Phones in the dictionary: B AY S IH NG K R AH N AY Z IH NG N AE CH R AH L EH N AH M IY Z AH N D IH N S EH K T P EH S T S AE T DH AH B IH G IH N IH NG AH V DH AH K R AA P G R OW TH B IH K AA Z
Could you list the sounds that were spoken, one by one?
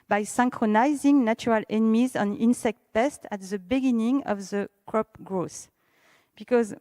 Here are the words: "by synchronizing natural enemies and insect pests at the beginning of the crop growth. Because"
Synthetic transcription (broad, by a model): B AY S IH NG K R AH N AY Z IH NG N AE CH R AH L EH N AH M IY Z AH N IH N S EH K T P EH S T AE T DH AH B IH G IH N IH NG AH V DH AH K R AA P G R OW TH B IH K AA Z